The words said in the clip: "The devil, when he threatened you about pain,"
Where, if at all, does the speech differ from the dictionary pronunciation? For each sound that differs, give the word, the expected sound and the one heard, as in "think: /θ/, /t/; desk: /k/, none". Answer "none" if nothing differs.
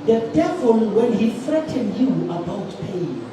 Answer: threatened: /θ/, /f/